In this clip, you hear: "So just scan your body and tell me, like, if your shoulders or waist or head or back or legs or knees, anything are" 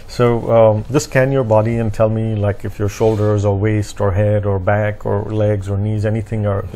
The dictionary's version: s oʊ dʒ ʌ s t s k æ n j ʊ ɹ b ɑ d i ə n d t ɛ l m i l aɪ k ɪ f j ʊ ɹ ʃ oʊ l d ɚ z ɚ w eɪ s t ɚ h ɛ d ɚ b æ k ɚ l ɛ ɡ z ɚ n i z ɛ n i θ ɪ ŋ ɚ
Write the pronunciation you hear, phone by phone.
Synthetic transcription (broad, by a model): s oʊ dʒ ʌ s s k æ n j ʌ ɹ b ɑ d i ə n t ɛ l m i l aɪ k ɪ f j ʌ ɹ ʃ oʊ l d ɚ z ɚ w eɪ s t ɚ h ɛ d ɚ b æ k ɚ l ɛ ɡ z ɚ n i z ɛ n i θ ɪ ŋ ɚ